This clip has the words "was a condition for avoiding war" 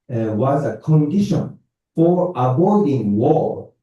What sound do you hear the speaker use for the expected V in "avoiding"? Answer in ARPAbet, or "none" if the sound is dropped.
B